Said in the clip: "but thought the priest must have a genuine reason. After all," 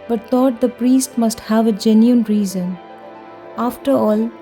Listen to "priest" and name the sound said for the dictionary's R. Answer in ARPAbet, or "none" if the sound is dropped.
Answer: R